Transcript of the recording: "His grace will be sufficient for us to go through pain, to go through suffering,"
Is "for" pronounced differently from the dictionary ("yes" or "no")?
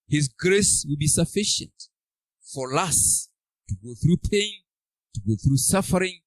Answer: yes